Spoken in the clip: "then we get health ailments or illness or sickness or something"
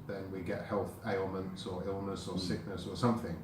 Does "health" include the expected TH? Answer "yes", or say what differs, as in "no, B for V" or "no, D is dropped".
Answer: yes